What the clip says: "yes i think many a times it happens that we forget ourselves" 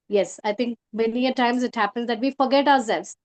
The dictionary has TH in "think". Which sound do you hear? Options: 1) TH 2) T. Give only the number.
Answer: 2